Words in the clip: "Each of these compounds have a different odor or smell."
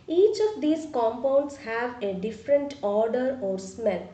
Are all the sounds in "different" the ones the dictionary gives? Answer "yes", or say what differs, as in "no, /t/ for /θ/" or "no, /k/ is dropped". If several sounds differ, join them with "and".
yes